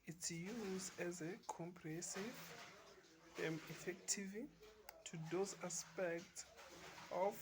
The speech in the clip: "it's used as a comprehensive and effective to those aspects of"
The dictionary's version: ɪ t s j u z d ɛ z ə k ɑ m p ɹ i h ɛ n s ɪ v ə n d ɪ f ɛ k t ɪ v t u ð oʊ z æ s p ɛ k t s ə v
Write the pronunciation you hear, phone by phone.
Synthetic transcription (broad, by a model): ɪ t s j u z d ɛ z ə k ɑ m p ɹ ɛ s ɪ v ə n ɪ f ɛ k t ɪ v t u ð oʊ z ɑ s p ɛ k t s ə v